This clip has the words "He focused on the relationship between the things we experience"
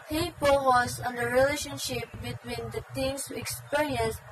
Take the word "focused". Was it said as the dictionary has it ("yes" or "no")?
no